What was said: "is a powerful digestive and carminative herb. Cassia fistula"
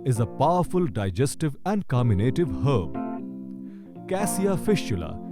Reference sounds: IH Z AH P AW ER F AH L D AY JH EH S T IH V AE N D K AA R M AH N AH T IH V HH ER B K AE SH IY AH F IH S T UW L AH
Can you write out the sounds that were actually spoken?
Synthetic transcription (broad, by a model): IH Z AH P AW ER F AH L D AY JH EH S T IH V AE N D K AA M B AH N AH T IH V HH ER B K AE S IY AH F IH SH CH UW L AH